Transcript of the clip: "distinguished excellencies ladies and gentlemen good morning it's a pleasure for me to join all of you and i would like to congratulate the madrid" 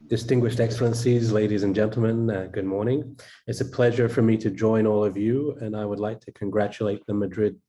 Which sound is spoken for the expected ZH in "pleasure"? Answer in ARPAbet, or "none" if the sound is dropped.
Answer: ZH